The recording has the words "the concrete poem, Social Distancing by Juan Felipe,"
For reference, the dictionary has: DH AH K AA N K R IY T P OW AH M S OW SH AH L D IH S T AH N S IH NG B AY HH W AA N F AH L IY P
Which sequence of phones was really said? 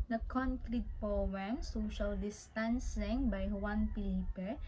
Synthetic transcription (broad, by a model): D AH K AA N K R IY T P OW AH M S OW SH AH L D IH S T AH N S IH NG B AY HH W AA N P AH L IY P